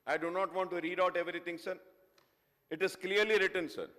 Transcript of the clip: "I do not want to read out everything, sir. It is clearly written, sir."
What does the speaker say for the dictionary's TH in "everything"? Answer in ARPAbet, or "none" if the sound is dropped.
T